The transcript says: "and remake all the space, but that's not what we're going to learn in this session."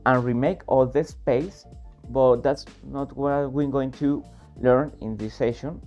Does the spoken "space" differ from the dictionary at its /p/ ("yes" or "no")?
no